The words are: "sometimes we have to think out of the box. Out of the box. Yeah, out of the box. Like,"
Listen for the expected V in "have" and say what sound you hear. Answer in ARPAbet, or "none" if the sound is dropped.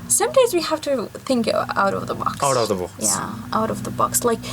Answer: F